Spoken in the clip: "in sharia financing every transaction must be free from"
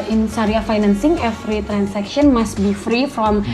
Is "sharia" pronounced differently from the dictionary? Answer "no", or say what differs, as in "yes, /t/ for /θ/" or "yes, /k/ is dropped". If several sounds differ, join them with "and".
yes, /s/ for /ʃ/